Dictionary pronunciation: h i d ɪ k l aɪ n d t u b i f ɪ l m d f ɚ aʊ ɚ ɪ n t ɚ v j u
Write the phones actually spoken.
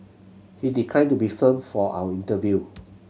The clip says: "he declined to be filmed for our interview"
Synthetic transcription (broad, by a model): h i d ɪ k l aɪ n t u b i f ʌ m f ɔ aʊ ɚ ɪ n t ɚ v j u